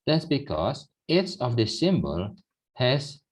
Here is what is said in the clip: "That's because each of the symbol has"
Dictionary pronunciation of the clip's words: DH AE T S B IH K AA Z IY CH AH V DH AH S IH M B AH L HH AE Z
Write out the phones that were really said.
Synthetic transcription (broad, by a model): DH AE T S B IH K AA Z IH S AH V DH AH S IH M B AH L HH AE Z